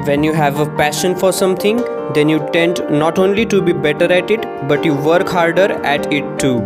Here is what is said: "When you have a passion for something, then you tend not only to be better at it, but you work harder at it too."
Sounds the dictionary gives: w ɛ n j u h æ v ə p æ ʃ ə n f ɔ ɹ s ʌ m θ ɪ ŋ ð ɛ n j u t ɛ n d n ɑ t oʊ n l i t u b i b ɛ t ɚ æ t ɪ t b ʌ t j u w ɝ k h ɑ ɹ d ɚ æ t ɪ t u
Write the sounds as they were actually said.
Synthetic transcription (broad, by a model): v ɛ n j u h æ v ə p æ ʃ ə n f ɔ ɹ s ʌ m t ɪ ŋ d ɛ n j u t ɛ n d n ɑ t oʊ n l i t u b i b ɛ t ɚ æ t ɪ t b ʌ t j u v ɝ k h ɑ ɹ d ɚ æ t ɪ t u